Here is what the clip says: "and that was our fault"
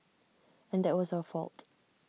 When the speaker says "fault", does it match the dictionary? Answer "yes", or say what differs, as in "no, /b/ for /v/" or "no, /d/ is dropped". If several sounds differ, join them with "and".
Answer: yes